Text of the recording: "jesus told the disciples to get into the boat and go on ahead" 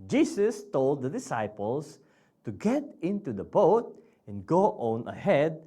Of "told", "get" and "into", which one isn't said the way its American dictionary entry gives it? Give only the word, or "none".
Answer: none